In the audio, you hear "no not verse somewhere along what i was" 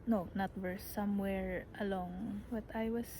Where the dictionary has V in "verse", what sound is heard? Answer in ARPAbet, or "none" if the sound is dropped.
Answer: W